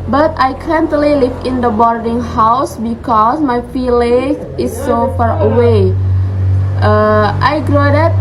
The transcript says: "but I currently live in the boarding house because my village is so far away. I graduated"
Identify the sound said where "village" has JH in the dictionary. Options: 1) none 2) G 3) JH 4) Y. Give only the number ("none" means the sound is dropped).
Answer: 1